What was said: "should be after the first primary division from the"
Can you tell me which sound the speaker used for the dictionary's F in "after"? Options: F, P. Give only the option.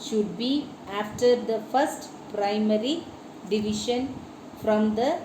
F